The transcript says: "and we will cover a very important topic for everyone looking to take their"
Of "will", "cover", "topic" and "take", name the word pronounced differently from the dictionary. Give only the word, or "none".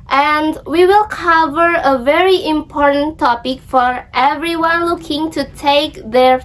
none